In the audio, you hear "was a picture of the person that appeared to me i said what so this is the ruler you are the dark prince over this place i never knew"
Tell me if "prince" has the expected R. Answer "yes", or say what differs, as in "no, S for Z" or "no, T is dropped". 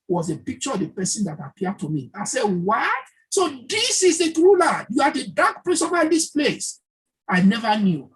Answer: no, L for R